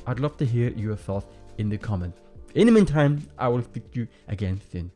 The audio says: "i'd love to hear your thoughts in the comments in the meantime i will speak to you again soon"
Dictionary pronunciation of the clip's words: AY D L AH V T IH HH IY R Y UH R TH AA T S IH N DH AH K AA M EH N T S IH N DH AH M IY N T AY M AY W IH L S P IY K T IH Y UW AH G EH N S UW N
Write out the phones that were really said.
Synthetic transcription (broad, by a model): AY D L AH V T IH HH IY R Y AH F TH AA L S IH N DH AH K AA M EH N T IH N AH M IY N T AY M AY W IH L S P IY K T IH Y AH G EH N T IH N